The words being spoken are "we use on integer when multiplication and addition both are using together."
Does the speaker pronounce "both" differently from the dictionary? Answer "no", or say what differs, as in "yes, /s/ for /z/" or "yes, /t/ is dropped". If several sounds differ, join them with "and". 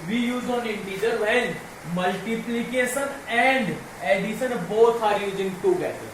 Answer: yes, /s/ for /θ/